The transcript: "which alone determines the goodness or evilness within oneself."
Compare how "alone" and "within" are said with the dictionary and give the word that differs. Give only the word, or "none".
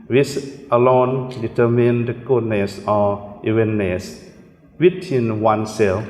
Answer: within